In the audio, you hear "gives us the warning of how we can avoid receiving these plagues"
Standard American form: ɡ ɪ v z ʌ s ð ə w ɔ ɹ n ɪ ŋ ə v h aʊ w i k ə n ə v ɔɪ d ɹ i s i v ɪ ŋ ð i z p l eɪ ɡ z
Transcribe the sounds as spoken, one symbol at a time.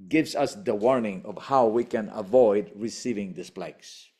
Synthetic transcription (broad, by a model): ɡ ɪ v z ʌ s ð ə w ɔ ɹ n ɪ ŋ ə v h aʊ w i k ə n ə v ɔɪ d ɹ i s i v ɪ ŋ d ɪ s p l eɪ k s